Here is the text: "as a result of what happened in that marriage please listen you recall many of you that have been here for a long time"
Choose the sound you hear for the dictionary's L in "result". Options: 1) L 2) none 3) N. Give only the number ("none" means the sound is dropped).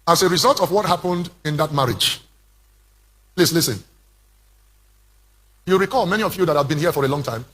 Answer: 1